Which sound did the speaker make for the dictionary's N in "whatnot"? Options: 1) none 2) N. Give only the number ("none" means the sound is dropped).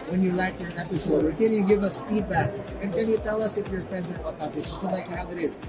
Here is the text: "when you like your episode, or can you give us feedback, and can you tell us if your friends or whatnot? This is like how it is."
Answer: 1